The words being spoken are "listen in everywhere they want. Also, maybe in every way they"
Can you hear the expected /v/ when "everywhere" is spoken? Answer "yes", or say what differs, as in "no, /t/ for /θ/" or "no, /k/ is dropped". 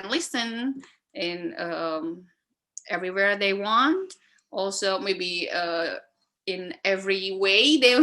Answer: yes